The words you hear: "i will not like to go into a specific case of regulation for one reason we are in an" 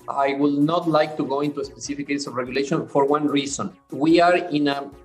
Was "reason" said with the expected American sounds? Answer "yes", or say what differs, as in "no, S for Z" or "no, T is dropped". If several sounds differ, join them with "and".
no, S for Z